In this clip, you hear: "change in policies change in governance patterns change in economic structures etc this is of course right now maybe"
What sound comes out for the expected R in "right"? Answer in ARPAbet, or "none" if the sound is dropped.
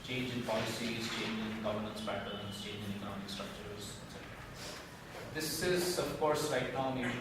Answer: L